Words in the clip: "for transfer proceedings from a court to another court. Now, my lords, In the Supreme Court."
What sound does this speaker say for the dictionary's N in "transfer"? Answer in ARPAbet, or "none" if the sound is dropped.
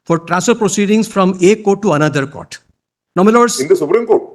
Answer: none